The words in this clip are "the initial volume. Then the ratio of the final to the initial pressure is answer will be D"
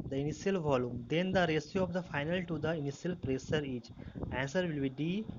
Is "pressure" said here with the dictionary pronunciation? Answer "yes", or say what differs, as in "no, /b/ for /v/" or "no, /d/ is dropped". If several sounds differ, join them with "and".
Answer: no, /s/ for /ʃ/